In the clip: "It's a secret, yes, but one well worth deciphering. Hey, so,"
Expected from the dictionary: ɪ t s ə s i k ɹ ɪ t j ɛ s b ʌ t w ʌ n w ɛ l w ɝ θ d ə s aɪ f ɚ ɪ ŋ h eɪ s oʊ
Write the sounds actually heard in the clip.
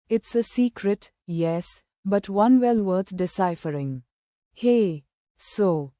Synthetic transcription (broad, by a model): ɪ t s ə s i k ɹ ɪ t j ɛ s b ʌ t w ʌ n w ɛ l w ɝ t d ə s aɪ f ɚ ɪ ŋ h eɪ s oʊ